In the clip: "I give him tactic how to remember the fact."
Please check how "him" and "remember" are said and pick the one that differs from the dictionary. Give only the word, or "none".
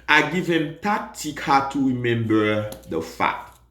none